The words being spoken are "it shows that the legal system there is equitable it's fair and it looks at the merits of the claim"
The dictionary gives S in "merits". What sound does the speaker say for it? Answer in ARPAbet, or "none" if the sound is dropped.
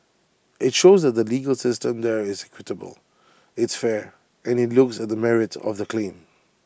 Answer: none